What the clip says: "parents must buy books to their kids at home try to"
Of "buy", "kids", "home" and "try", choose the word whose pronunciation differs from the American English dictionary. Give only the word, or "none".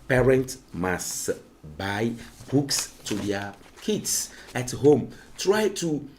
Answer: kids